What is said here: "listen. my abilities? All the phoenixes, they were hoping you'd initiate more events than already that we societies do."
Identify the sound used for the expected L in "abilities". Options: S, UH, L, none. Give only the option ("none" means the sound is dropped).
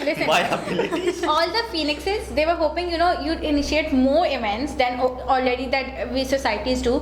none